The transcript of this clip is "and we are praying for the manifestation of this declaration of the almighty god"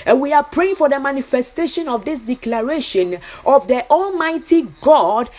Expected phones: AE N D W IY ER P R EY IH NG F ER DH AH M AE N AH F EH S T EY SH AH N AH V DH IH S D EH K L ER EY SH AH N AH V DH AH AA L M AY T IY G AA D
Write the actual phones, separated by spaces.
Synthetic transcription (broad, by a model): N W IY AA P R EY IH NG F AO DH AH M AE N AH F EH S T EY SH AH N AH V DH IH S D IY K L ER EY SH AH N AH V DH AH AA L M AY T IY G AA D